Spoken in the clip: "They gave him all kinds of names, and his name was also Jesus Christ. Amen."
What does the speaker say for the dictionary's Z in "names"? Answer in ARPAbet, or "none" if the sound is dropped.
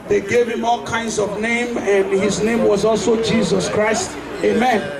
none